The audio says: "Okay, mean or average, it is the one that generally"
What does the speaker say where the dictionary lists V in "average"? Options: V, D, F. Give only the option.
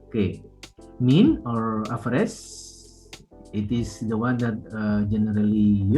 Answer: F